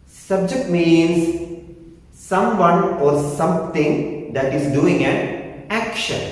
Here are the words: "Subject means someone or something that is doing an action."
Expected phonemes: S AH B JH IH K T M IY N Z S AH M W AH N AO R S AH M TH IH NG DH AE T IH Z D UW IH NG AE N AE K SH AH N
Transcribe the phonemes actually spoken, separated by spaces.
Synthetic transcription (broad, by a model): S AH B JH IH K T M IY N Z S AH M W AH N AO R S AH M T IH NG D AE T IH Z D UW IH NG AE N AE K SH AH N